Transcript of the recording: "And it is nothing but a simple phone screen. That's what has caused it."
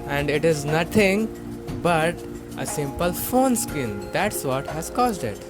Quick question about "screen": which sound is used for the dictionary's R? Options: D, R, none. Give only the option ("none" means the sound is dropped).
none